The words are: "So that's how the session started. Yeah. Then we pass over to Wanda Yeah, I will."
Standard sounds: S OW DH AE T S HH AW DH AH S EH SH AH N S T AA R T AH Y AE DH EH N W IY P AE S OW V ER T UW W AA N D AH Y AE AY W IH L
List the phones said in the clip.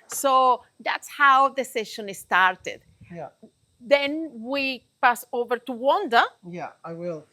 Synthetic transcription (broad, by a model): S OW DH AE T S HH AW DH AH S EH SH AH N S T AA R T AH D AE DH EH N W IY P AE S OW V ER T UW W AA N D AH Y AE AY W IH L